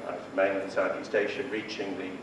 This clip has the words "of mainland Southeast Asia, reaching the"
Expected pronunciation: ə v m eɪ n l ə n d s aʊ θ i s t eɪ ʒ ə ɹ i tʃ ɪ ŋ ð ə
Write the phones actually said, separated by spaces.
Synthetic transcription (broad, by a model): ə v m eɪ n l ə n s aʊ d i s t eɪ ʃ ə ɹ i tʃ ɪ ŋ ð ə